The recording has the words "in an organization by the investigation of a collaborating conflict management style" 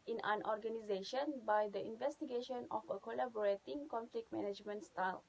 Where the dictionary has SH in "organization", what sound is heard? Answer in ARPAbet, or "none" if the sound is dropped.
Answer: SH